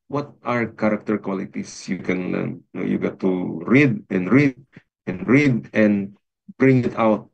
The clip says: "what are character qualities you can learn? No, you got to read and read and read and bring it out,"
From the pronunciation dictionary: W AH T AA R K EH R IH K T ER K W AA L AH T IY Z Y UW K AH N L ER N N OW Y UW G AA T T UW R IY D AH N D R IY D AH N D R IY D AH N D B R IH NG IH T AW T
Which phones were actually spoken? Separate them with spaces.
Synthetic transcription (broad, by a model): W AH T AA R K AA R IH K T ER K W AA L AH T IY S Y UW K AH N L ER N N OW Y UW G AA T T UW R IY D AH N D R IY D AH N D R IY D AH N D B R IH NG IH T AW T